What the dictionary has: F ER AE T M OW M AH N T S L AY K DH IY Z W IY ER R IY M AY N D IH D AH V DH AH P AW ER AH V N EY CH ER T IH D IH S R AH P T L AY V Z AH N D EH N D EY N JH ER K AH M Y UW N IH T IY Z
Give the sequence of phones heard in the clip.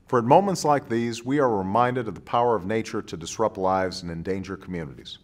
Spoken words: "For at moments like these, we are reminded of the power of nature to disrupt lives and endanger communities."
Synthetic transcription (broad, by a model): F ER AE T M OW M AH N T S L AY K DH IY Z W IY ER R IY M AY N D IH D AH V DH AH P AW ER AH V N EY CH ER T IH D IH S R AH P T L AY V Z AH N EH N D EY N JH ER K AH M Y UW N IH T IY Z